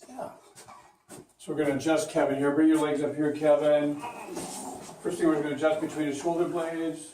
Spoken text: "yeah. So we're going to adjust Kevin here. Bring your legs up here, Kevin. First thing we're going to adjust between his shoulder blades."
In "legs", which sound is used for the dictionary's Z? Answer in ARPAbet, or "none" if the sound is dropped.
Z